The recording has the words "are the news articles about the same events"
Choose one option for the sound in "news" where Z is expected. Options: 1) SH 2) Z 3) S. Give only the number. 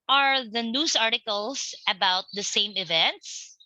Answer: 3